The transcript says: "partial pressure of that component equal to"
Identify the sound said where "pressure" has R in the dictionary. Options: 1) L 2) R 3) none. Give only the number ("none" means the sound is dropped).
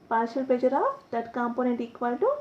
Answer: 3